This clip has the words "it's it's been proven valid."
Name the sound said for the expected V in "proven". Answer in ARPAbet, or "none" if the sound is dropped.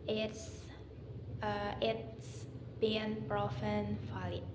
F